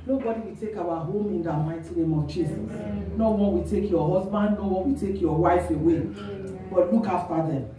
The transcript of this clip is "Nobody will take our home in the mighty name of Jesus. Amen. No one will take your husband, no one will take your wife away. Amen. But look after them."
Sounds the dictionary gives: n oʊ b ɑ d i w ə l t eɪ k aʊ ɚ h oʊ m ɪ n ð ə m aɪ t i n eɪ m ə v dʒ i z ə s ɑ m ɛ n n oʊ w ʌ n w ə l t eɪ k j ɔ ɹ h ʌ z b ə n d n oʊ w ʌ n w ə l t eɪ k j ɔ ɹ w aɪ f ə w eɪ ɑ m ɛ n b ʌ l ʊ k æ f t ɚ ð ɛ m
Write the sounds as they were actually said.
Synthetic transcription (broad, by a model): n oʊ b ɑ d i w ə t eɪ k aʊ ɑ h oʊ m ɪ n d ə m aɪ t i n eɪ m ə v tʃ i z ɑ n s n oʊ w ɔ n w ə t eɪ k j ɔ h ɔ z b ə n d n oʊ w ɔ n w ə t eɪ k j ɔ w aɪ f ə w eɪ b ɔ l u k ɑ f t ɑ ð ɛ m